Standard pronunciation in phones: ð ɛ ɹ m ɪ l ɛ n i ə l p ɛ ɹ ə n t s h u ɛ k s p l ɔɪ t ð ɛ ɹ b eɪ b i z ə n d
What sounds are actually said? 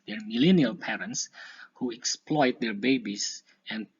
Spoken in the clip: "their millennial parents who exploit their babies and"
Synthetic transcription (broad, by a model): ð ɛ ɹ m ɪ l ɛ n i ə l p ɛ ɹ ə n t s h u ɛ k s p l ɔɪ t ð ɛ ɹ b eɪ b i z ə n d